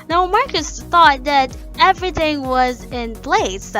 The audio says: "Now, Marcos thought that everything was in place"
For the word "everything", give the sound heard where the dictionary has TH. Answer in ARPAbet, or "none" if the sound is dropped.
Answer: TH